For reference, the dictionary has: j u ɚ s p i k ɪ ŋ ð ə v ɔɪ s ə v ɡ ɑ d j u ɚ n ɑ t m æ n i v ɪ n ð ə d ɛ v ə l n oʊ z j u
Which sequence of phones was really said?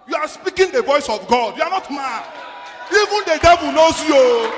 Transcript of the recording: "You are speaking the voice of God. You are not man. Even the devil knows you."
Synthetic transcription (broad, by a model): j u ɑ s p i k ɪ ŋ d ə v ɔɪ s ə v ɡ ɑ d j u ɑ n ɑ t m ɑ i v ɪ n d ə d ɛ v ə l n oʊ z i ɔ